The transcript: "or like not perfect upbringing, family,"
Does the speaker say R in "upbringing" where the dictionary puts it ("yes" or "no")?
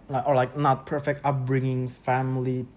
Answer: yes